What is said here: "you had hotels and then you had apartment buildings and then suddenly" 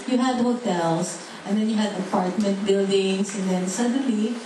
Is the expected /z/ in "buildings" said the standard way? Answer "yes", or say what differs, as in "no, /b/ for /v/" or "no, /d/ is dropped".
no, /s/ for /z/